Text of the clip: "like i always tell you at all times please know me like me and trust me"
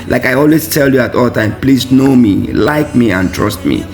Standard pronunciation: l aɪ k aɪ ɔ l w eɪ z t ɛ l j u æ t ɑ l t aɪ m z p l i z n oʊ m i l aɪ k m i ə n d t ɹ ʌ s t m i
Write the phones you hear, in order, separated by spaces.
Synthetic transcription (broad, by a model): l aɪ k aɪ ɔ l w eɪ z t ɛ l j u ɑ t ɑ l t aɪ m p l i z n oʊ m i l aɪ k m i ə n t ɹ ʌ s t m i